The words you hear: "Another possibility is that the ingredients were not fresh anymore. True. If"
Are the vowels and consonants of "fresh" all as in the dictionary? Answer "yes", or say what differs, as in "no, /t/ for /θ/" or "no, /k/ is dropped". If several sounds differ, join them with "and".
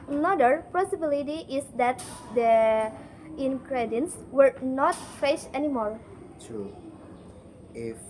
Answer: no, /ɹ/ is dropped